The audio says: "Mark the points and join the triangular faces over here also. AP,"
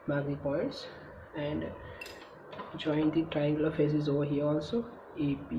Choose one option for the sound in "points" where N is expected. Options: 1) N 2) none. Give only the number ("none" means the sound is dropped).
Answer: 2